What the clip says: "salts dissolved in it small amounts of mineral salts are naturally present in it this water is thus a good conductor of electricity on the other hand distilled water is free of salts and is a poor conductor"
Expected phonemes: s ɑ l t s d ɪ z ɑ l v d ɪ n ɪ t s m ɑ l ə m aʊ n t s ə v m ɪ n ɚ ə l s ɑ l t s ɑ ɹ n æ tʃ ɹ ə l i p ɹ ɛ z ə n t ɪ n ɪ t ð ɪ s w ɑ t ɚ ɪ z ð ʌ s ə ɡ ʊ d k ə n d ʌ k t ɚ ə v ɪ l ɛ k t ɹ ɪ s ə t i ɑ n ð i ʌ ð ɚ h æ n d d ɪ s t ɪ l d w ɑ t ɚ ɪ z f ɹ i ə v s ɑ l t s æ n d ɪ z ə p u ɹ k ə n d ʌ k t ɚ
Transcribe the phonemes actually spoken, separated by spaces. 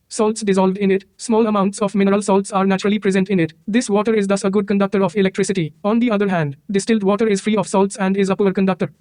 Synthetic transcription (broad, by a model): s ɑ l t s d ɪ z ɑ l v d ɪ n ɪ t s m ɑ l ə m aʊ n t s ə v m ɪ n ɚ ə l s ɑ l t s ɑ ɹ n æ tʃ ɹ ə l i p ɹ ɛ z ə n t ɪ n ɪ t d ɪ s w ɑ t ɚ ɪ z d ʌ s ə ɡ ʊ d k ə n d ʌ k t ɚ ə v ɪ l ɛ k t ɹ ɪ s ə t i ɑ n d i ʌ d ɚ h æ n d d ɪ s t ɪ l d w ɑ t ɚ ɪ z f ɹ i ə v s ɑ l t s æ n d ɪ z ə p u ɹ k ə n d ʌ k t ɚ